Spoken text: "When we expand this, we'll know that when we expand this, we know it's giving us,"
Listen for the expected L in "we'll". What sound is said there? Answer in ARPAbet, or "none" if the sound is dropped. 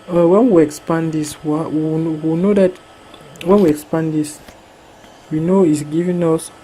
W